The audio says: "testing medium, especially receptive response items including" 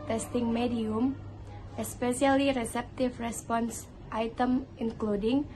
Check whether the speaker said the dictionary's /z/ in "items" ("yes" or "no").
no